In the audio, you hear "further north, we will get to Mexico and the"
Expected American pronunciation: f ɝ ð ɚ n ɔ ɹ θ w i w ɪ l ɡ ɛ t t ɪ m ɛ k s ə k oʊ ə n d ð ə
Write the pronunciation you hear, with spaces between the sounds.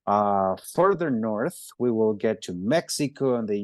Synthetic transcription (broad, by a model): f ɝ ð ɚ n ɔ ɹ θ w i w ɪ l ɡ ɛ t t ɪ m ɛ k s ə k oʊ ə n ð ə